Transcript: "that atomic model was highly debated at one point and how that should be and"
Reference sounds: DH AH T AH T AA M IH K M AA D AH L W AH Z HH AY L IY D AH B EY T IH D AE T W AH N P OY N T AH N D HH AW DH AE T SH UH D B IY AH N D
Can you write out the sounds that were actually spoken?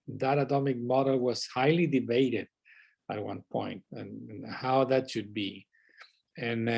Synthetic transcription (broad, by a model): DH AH T AH T AA M IH K M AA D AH L W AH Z HH AY L IY D AH B EY T IH D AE T W AH N P OY N T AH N HH AW DH AE T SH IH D B IY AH N